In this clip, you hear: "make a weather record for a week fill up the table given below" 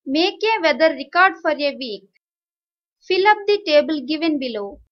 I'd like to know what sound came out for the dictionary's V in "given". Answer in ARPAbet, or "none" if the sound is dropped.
V